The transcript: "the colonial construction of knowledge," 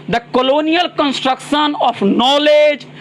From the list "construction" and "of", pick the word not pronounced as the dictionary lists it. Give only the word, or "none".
of